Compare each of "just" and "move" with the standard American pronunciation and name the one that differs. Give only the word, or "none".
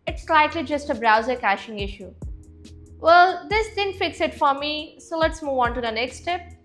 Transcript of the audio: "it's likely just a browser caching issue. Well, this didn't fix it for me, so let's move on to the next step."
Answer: none